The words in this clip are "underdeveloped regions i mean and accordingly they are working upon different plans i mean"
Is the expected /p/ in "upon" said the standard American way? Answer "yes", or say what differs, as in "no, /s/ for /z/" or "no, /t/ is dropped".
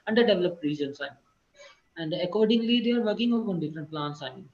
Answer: no, /p/ is dropped